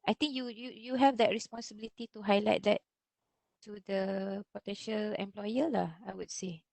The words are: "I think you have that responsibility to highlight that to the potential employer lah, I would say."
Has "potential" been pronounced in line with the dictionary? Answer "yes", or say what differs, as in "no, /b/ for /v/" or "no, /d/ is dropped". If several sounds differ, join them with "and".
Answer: yes